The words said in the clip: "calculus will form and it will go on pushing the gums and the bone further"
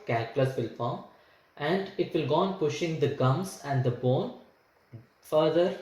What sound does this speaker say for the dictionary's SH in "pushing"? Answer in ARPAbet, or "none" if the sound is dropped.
SH